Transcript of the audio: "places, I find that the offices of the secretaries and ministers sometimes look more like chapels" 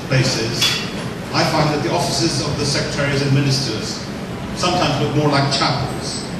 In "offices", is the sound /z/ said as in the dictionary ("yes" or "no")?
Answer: yes